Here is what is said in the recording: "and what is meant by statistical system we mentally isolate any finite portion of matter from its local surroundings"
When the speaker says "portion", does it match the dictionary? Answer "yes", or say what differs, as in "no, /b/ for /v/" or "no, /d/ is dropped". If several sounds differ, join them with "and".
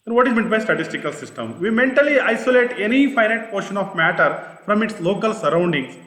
yes